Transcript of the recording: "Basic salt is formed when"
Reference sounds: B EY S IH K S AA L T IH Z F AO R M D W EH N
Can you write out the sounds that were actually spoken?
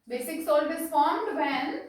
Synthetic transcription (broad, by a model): B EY S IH K S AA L IH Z F AO R M D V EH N